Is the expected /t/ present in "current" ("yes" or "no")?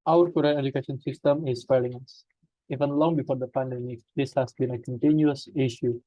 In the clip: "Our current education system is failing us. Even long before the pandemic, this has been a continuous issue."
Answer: no